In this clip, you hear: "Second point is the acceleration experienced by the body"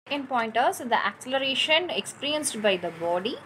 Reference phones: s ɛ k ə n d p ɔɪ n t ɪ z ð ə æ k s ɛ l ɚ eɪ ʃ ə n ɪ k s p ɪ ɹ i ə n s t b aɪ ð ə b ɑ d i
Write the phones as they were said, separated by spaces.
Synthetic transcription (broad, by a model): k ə n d p ɔɪ n t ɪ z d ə æ k s ɛ l ɚ eɪ ʃ ə n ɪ k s p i ɹ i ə n s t b aɪ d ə b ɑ d i